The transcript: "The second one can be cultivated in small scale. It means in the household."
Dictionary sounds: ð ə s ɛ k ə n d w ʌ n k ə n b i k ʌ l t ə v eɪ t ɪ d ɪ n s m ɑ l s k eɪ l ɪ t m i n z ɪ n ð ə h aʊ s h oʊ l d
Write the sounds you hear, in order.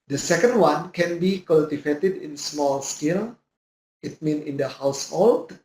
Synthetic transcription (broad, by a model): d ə s ɛ k ə n d w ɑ n k ə n b i k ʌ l t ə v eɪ t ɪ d ɪ n s m ɑ l s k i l ɪ t m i n ɪ n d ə h aʊ s h oʊ l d